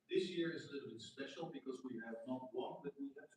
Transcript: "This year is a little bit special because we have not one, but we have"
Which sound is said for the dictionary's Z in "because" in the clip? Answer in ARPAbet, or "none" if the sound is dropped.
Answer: Z